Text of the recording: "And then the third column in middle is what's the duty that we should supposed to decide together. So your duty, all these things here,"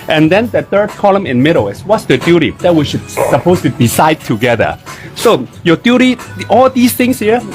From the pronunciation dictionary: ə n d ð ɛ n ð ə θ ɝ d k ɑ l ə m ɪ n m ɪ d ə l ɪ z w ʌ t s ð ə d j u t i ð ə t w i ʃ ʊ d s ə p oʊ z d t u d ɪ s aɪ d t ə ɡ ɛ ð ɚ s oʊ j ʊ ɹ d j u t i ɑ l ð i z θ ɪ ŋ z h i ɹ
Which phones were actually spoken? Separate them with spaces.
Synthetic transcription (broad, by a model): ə n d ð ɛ n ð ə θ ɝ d k ɑ l ə m ɪ n m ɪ d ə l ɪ s w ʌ t s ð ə d j u t i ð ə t w i ʃ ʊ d s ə p oʊ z t u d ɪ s aɪ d t ə ɡ ɛ ð ɚ s oʊ j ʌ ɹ d j u t i ɑ l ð i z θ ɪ ŋ s h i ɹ